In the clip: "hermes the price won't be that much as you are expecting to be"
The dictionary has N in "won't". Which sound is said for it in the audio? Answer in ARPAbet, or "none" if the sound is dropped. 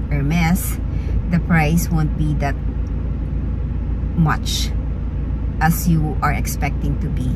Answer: N